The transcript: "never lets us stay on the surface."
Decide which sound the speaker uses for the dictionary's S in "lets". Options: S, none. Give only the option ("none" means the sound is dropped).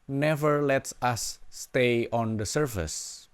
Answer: S